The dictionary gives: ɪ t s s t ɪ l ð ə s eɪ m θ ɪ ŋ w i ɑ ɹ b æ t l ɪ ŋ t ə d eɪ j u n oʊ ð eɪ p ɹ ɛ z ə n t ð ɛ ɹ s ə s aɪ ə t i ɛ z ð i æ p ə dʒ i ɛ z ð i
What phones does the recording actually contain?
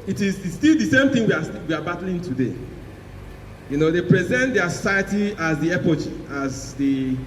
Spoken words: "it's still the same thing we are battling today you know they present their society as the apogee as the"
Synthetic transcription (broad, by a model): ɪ t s s t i l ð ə s eɪ m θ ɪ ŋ w i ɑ w b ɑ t l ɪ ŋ t ə d eɪ j u n oʊ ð eɪ p ɹ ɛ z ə n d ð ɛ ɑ s ə s aɪ ə t i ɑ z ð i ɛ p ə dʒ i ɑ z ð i